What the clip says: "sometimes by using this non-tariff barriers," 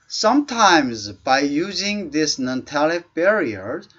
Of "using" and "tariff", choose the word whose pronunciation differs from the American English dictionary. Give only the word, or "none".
tariff